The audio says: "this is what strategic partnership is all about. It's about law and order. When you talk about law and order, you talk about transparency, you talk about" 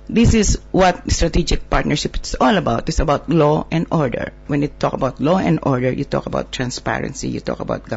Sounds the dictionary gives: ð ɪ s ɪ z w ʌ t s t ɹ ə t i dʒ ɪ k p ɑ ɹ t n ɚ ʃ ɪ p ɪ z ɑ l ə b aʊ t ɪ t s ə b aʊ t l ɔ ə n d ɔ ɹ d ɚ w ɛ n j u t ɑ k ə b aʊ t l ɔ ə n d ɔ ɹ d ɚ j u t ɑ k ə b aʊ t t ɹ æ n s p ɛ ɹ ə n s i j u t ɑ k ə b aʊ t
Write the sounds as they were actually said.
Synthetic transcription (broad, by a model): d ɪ s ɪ s w ʌ t s t ɹ ə t i dʒ ɪ k p ɑ ɹ t n ɚ ʃ ɪ p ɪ s ɑ l ə b aʊ t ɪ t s ə b aʊ t l ɔ ə n d ɔ ɹ d ɚ w ɛ n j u t ɑ k ə b aʊ t l ɔ ə n d ɔ ɹ d ɚ j u t ɑ k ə b aʊ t t ɹ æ n s p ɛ ɹ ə n s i j u t ɑ k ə b aʊ t